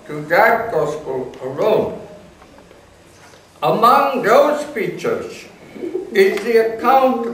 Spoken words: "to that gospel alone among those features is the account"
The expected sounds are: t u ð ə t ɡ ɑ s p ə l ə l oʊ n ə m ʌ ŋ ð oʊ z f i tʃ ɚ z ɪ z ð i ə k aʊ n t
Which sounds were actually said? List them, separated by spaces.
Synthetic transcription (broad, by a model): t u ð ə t ɡ ɑ s p ə l ə l oʊ n ə m ʌ ŋ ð oʊ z f i tʃ ɚ z ɪ z ð i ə k aʊ n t